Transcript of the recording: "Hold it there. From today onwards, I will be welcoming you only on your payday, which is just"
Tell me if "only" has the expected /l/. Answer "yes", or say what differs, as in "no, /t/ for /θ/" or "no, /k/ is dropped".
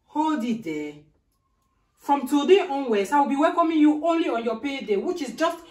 yes